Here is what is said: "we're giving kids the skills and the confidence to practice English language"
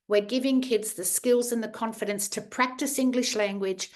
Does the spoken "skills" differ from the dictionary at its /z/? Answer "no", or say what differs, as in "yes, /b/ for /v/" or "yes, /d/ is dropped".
no